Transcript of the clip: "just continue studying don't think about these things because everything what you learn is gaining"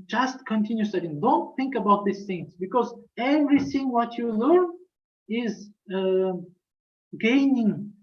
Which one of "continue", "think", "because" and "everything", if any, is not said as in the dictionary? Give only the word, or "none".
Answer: none